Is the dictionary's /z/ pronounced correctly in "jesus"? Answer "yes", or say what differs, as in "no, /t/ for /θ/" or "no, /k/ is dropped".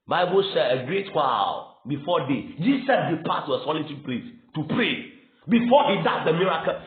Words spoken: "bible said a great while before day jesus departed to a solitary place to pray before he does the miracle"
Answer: no, /s/ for /z/